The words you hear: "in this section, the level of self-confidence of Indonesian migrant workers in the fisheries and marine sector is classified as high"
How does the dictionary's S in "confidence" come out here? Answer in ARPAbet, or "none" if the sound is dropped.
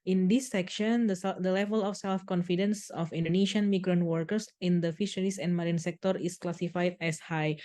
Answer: S